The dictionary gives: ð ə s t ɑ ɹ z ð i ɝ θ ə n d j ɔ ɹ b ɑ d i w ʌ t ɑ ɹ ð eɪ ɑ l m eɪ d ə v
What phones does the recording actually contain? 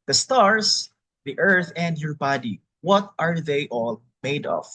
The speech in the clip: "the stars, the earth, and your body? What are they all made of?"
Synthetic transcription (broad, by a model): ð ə s t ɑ ɹ s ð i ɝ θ ə n d j ɔ ɹ b ɑ d i w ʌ t ɑ ɹ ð eɪ ɑ l m eɪ d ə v